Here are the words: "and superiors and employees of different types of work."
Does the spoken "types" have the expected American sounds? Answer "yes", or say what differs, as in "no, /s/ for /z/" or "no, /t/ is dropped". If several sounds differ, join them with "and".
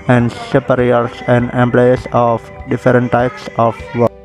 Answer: yes